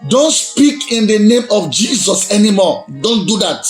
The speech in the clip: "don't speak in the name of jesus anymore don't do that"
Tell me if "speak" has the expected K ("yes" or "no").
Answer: yes